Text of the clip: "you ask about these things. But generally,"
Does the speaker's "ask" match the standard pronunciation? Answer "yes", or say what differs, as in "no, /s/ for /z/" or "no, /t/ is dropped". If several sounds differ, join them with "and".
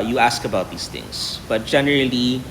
yes